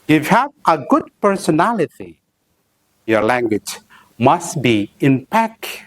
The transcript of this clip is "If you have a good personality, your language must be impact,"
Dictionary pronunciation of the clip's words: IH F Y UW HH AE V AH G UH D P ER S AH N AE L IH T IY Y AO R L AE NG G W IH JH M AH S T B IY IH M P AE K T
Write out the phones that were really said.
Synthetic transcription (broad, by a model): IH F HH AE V AH G UH D P ER S AH N AE L IH T IY Y AO R L AE NG G W IH JH M AH S T B IY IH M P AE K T